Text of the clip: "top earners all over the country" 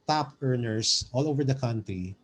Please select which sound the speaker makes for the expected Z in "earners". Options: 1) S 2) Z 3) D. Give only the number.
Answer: 1